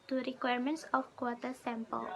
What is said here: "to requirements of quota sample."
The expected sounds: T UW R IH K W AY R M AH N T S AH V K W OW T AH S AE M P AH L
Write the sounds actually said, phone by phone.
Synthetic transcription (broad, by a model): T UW R IH K W AY R M AH N T S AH F K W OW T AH S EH M P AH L